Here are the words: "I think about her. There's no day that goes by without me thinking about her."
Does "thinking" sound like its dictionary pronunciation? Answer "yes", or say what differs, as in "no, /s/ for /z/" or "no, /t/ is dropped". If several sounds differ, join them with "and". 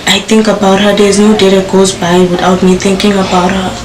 no, /t/ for /θ/